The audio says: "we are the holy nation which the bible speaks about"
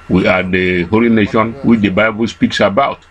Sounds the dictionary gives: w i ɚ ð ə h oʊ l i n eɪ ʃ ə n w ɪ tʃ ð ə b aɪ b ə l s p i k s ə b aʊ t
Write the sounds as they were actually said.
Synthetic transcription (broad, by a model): w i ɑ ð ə h oʊ l i n eɪ ʃ ə n w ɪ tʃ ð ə b aɪ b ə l s p i k s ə b aʊ t